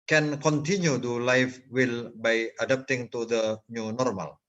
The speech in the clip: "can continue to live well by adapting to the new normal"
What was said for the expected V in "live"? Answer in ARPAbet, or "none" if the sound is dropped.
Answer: F